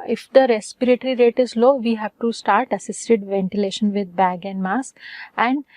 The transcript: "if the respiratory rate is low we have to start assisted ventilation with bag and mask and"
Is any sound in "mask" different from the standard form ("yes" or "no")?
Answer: yes